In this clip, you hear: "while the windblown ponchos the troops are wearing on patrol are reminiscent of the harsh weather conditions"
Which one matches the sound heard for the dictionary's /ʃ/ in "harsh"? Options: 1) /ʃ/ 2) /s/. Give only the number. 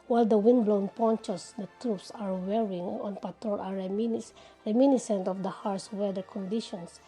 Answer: 2